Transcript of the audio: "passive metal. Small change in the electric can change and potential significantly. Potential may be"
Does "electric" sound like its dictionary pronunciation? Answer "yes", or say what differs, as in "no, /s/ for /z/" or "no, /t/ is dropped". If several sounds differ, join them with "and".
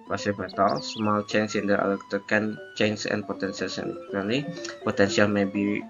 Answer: no, /ɹ/ is dropped